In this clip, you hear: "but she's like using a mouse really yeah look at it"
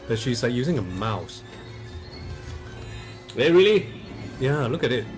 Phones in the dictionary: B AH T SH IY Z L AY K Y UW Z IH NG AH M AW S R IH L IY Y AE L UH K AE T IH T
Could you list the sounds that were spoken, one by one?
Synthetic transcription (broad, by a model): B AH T SH IY Z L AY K Y UW Z IH NG AH M AW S R IH L IY Y AE L UH K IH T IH T